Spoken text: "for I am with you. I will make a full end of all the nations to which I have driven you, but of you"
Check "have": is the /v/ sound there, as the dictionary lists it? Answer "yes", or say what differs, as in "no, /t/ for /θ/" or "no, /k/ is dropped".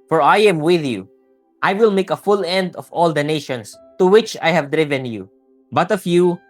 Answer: yes